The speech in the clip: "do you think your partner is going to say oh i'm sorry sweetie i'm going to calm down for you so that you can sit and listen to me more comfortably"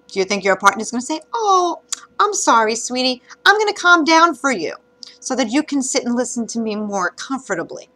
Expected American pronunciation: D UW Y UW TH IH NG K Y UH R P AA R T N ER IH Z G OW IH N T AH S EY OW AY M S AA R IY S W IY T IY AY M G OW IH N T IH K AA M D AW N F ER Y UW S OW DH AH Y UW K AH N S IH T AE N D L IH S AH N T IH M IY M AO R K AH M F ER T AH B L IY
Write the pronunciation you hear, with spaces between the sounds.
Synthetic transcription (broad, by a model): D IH Y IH TH IH NG K Y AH R P AA R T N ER IH Z G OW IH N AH S EY OW AY M S AA R IY S W IY T IY AY M G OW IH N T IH K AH M D AW N F ER Y UW S OW DH AH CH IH K AH N S IH T N L IH S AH N T IH M IY M AO R K AH M F ER T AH B L IY